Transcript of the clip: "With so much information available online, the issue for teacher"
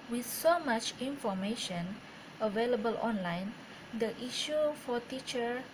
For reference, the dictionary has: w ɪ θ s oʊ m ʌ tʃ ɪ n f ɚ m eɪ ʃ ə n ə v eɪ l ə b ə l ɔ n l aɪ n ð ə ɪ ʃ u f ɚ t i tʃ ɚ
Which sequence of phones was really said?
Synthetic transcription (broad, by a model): w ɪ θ s oʊ m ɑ tʃ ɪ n f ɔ m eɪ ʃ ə n ə v eɪ l ə b ə l ɔ n l aɪ n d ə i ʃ u f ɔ t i tʃ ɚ